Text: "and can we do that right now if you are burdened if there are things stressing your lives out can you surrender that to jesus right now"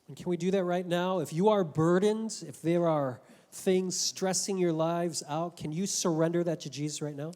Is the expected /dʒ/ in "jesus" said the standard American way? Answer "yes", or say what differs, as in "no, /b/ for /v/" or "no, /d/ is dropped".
yes